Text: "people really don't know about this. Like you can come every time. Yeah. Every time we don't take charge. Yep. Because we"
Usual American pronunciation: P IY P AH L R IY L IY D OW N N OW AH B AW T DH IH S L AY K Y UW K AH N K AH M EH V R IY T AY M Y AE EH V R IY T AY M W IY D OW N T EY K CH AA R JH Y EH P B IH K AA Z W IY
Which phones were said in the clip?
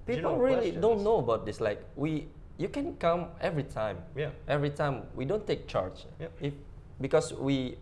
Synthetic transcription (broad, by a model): P IY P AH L R IY L IY D OW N N OW AH B AW T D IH S L AY K Y UW K AH N K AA M EH V R IY T AY M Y EH V R IY T AY M W IY D OW N T EY K CH AA R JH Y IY F B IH K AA S W IY